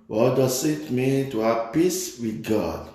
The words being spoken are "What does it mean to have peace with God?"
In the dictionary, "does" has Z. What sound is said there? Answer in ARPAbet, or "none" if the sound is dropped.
S